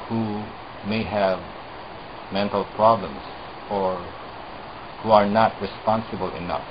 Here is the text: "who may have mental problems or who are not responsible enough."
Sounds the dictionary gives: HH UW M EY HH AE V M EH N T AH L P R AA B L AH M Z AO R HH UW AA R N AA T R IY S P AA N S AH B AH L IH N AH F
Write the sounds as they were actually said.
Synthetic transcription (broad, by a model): HH UW M EY HH AE V M EH N T AH L P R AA B L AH M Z AO R HH UW AA R N AA T R IY S P AA N S AH B AH L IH N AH F